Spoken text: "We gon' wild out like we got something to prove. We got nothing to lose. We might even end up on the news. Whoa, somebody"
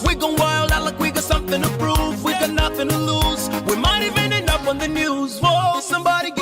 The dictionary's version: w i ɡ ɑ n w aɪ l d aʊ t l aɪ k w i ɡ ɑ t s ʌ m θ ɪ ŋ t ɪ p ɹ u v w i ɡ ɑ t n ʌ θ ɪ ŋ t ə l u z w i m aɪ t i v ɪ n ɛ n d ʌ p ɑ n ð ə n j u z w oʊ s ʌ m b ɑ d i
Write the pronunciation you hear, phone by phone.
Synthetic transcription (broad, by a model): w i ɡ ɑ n w aɪ l d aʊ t l aɪ k w i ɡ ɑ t s ʌ m θ ɪ ŋ t ɪ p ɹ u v w i ɡ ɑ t n ʌ θ ɪ ŋ t ə l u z w i m aɪ t i v ɪ n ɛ n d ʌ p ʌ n ð ə n j u z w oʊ s ʌ m b ɑ d i